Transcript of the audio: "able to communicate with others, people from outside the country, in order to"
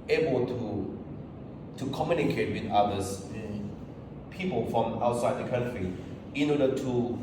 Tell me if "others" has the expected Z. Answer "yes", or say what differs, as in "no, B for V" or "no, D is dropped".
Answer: no, S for Z